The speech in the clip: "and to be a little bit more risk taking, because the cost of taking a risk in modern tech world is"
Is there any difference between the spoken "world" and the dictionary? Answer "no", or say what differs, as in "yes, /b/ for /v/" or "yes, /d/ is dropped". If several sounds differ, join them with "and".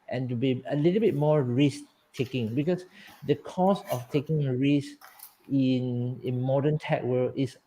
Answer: yes, /d/ is dropped